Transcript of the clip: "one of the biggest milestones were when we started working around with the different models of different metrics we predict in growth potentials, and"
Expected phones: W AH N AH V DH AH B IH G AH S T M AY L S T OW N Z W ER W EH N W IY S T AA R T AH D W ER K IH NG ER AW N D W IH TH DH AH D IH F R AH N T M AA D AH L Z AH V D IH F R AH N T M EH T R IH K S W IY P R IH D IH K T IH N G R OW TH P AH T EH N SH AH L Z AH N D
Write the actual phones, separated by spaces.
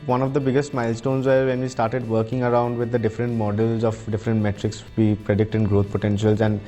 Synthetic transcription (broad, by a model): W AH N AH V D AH B IH G AH S T M AY L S T OW N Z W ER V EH N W IY S T AA R T AH D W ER K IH NG ER AW N D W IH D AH D IH F R AH N T M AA D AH L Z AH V D IH F R AH N T M EH T R IH K S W IY P R IH D IH K T IH N G R OW T P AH T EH N SH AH L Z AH N D